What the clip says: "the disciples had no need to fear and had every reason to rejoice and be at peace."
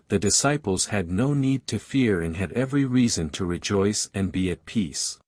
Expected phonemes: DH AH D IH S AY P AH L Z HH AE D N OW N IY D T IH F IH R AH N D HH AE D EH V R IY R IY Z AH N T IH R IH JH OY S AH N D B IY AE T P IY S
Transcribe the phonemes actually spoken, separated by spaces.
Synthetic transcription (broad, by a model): DH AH D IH S AY P L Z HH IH D N OW N IY D T IH F IH R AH N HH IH D EH V R IY R IY Z AH N T IH R IH JH OY S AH N B IY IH T P IY S